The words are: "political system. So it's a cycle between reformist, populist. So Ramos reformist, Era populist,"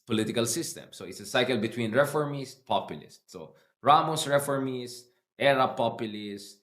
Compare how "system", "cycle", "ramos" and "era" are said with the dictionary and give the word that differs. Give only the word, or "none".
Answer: none